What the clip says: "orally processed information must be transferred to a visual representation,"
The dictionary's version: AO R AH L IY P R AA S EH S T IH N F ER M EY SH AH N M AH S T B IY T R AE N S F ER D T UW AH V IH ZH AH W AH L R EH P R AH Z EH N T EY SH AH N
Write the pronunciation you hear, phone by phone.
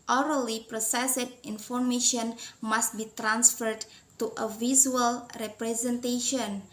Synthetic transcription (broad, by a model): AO R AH L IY P R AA S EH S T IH N F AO M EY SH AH N M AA S T B IY T R AE N S F ER D T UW AH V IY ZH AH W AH L R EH P R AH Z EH N T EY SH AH N